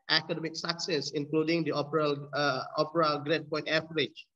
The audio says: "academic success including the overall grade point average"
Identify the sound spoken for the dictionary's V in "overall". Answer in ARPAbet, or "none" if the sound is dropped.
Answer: P